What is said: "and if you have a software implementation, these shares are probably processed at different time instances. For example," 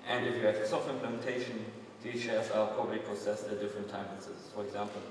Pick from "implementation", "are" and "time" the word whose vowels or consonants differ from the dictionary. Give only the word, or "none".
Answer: are